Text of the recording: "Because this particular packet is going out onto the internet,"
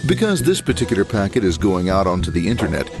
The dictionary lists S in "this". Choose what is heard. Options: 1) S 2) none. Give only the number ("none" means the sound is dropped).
1